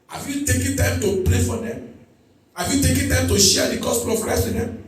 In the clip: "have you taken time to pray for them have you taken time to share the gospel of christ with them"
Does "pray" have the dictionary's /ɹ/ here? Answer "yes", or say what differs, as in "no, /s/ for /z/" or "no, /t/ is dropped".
no, /l/ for /ɹ/